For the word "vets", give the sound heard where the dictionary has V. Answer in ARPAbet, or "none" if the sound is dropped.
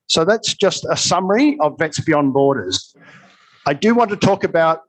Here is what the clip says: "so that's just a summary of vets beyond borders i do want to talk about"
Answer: V